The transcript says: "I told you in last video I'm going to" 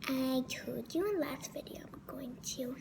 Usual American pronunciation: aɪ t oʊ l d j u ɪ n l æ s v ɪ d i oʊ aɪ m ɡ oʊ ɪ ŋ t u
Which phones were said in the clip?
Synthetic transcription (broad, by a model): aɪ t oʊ d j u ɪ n l æ s v ɪ d i oʊ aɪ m ɡ oʊ ɪ ŋ t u